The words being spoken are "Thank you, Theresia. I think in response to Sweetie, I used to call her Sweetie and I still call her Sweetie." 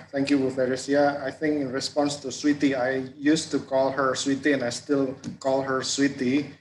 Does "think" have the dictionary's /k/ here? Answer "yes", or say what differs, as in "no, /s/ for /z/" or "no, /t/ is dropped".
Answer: yes